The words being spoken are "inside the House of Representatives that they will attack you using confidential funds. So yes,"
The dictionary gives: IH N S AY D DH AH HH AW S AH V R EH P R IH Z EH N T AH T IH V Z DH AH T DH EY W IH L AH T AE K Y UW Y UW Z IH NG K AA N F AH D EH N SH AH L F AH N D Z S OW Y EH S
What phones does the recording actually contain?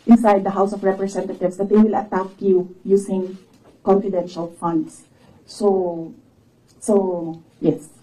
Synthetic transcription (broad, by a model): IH N S AY D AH HH AW S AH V R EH P R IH S EH N T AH T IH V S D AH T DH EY W IH L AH T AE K Y UW Y UW S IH NG K AA N F AH D EH N SH AH L F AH N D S S OW Y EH S